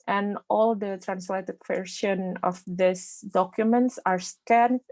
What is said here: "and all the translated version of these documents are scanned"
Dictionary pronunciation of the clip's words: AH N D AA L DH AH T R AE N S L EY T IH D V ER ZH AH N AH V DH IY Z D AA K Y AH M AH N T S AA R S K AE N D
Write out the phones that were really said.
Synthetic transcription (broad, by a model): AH N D AA L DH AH T R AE N S L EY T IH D W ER SH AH N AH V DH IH S D AA K Y AH M AH N T S AA R S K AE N